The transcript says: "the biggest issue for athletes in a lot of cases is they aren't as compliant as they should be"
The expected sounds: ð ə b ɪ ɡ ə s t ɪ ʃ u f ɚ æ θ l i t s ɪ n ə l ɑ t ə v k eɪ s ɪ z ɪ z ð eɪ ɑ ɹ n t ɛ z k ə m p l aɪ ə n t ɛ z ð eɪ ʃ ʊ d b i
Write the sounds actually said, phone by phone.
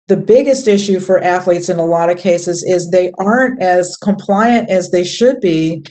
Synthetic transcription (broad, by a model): ð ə b ɪ ɡ ə s t ɪ ʃ u f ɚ æ θ l i t s ɪ n ə l ɑ t ə v k eɪ s ɪ z ɪ z ð eɪ ɑ ɹ n t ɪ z k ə m p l aɪ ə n t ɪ z ð eɪ ʃ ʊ d b i